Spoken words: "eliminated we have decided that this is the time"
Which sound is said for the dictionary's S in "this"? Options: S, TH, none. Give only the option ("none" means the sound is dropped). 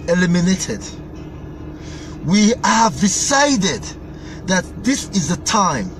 S